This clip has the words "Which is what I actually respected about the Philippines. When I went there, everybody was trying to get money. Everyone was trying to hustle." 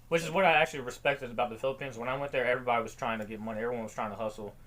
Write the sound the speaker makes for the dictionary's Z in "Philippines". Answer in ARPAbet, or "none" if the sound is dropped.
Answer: Z